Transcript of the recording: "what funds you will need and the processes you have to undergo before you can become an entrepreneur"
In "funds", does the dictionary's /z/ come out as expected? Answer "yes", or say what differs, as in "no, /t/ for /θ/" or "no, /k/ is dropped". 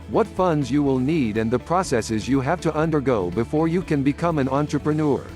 yes